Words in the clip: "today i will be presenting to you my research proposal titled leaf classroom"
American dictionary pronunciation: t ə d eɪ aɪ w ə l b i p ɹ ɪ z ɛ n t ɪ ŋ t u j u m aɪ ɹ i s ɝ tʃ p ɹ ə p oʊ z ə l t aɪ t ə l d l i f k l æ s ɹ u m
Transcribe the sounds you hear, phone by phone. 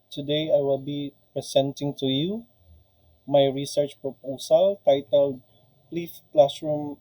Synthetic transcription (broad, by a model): t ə d eɪ aɪ w ə l b i p ɹ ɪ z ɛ n t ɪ ŋ t u j u m aɪ ɹ i s ɝ tʃ p ɹ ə p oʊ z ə l t aɪ t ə l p l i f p l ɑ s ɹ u m